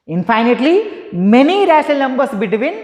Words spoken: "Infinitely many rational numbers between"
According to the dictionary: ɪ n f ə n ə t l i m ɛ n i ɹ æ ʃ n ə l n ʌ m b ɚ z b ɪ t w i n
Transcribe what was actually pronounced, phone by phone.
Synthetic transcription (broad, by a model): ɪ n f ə n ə t l i m ɛ n i ɹ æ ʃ ə l n ʌ m b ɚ s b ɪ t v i n